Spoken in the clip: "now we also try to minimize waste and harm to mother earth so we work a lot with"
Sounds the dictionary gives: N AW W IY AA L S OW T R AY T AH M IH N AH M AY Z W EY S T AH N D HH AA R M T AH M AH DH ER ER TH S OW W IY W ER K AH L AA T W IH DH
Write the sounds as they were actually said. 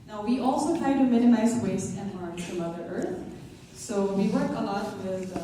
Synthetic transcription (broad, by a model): N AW W IY AA L S OW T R AY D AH M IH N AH M AY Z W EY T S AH N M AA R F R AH M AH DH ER ER TH S OW W IY W ER K AH L AA T W IH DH